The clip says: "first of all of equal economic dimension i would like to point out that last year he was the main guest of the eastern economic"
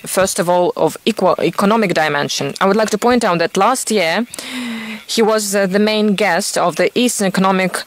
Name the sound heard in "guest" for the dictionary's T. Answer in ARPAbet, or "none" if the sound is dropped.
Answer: T